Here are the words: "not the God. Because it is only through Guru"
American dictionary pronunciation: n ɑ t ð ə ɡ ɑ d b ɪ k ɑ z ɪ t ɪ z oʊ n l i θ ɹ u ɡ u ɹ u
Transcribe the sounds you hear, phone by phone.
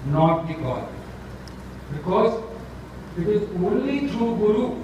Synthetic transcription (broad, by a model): n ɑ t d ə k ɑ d b ɪ k ɑ z ɪ t ɪ z oʊ n l i t ɹ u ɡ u ɹ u